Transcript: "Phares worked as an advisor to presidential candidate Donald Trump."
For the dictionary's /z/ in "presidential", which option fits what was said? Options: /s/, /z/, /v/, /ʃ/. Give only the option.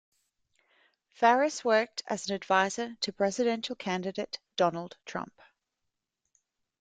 /z/